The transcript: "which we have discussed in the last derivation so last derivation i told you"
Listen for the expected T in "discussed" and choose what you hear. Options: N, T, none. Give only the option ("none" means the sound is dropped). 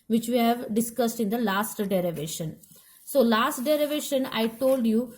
T